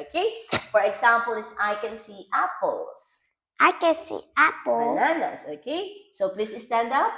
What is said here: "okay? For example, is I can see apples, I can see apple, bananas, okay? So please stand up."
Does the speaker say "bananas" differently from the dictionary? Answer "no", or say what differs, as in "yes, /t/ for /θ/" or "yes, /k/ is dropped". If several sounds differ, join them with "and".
yes, /s/ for /z/